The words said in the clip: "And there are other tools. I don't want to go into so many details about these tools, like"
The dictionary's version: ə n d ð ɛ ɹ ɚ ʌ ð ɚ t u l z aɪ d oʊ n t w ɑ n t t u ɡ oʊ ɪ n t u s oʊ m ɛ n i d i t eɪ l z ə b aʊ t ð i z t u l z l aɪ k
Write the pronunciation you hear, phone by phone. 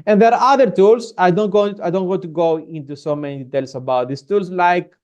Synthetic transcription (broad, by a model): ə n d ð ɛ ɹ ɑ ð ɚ t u l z aɪ d oʊ n t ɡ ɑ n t t u ɡ oʊ ɪ n t u s oʊ m ɛ n i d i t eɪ l s ə b aʊ t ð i s t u l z l aɪ k